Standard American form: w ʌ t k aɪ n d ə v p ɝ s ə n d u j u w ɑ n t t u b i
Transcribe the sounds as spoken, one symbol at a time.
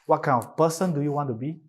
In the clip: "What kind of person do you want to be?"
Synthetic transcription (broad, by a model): w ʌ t k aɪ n ə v p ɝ s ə n d u j u w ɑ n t t u b i